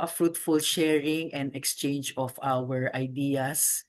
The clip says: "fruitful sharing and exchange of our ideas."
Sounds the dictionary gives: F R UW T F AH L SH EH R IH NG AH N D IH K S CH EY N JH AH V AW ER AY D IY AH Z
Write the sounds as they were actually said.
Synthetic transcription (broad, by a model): F R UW T F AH L SH EH R IH NG AH N D IH K S CH EY N JH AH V AW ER AY D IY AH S